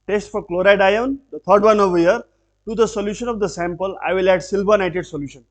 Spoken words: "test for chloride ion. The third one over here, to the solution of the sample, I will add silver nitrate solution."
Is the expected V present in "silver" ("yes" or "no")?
no